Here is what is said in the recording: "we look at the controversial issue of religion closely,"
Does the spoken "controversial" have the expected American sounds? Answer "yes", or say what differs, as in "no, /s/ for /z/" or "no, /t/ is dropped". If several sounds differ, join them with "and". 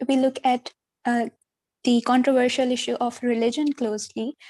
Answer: yes